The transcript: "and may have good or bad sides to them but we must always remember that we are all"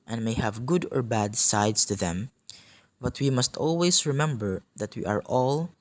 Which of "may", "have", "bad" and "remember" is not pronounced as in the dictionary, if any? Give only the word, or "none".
none